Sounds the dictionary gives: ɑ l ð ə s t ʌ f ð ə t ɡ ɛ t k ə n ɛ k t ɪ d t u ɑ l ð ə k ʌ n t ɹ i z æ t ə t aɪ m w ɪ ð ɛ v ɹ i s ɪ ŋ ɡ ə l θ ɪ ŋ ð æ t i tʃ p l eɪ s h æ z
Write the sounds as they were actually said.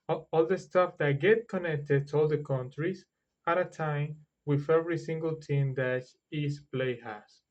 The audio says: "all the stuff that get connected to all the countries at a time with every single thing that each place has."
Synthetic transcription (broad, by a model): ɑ l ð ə s t ʌ f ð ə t ɡ ɛ t k ə n ɛ k t ɪ d t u ɑ l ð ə k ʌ n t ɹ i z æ t ə t aɪ m w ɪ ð ɛ v ɹ i s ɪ ŋ ɡ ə l t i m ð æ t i s p l eɪ h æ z